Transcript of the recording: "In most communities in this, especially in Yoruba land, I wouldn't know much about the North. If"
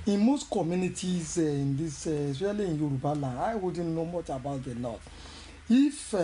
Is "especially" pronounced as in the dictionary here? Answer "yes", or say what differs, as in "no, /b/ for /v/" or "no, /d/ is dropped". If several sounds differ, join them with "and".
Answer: no, /p/ is dropped and /ʃ/ is dropped